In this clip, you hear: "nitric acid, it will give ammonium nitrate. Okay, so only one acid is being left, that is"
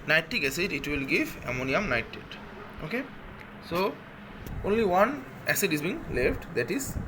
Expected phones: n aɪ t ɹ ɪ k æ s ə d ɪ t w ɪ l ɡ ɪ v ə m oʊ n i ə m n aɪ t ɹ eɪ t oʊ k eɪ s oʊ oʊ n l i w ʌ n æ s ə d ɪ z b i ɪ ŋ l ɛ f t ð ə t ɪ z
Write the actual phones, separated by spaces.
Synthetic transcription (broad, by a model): n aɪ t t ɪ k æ s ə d ɪ t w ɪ l ɡ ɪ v ə m oʊ n i ə m n aɪ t eɪ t oʊ k eɪ s oʊ oʊ n l i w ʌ n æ s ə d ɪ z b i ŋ l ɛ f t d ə t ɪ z